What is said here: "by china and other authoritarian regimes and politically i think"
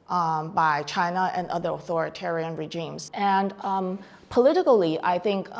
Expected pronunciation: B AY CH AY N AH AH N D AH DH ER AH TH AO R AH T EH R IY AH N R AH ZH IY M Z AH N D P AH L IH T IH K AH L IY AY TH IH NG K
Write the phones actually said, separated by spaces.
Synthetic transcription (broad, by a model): B AY CH AY N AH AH N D AH DH ER AH TH AO R AH T EH R IY AH N R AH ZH IY M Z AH N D P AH L IH T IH K L IY AY TH IH NG K